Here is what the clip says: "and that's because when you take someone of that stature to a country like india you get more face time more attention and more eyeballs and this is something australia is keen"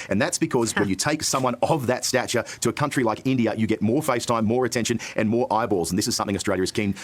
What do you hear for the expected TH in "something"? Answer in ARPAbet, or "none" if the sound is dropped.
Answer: TH